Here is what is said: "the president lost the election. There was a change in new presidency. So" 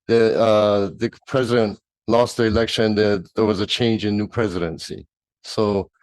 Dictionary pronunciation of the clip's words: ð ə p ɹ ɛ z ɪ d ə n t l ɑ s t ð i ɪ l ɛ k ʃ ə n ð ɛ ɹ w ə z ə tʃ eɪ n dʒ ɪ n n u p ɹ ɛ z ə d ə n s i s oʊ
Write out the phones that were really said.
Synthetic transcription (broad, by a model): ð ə p ɹ ɛ z ɪ d ə n t l ɑ s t ð i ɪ l ɛ k ʃ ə n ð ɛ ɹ w ə z ə tʃ eɪ n dʒ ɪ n n u p ɹ ɛ z ə d ə n s i s oʊ